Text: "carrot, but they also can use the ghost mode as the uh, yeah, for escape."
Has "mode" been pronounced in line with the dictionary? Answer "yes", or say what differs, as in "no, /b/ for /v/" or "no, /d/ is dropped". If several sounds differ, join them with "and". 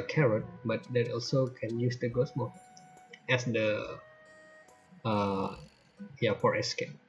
no, /d/ is dropped